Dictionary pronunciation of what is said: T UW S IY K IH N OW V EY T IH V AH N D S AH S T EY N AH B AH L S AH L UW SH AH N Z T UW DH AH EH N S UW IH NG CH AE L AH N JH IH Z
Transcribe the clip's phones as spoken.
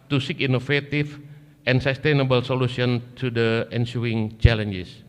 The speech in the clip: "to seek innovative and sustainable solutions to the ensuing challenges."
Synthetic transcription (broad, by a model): T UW S IY K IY N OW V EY T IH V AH N S AH S T EY N AH B AH L S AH L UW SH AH N T UW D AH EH N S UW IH NG CH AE L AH N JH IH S